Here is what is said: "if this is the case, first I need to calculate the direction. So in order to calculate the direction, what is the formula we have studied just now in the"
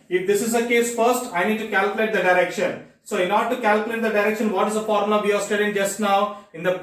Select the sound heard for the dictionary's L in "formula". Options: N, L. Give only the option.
N